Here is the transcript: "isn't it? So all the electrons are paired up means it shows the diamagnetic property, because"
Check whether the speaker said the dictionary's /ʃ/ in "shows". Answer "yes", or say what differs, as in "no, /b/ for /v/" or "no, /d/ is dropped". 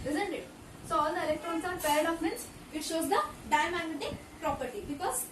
yes